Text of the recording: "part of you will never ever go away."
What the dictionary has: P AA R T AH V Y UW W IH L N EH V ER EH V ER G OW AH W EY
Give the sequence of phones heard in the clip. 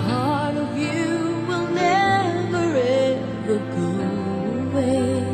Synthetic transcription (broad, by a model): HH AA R T AH V Y UW W IH L N EH V ER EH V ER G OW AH W EY